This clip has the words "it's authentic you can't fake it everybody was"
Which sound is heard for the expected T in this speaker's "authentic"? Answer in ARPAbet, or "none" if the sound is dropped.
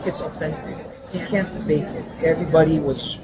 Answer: S